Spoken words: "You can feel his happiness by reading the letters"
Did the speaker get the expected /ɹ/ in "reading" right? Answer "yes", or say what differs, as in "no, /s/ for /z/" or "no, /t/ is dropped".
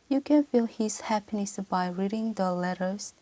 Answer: yes